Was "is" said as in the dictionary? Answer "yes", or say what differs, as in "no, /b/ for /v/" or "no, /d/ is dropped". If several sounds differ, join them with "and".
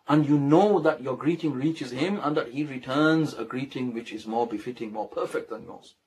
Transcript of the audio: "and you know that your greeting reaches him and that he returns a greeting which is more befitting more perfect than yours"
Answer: yes